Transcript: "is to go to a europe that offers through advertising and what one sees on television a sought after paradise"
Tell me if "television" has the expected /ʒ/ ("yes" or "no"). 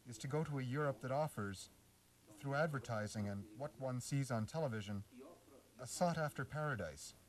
yes